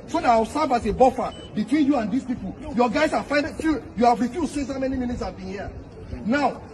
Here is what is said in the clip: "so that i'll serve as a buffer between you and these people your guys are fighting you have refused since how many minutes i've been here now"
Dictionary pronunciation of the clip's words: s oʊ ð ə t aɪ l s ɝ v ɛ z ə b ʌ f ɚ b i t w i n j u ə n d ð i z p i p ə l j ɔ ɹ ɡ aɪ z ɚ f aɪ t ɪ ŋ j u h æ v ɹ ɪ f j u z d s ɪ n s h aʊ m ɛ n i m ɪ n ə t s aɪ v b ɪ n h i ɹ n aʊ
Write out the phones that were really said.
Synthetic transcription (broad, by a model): s oʊ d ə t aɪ w s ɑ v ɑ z ə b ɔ f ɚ b i t w i n j u ə n d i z p i p ə l j ɔ ɡ aɪ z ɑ f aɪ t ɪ j u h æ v ɹ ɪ f j u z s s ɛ s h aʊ m ɛ n i m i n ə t s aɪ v b ɪ n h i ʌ n aʊ